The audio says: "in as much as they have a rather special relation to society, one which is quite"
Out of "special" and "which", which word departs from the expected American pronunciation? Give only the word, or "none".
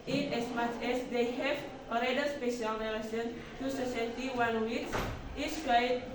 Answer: which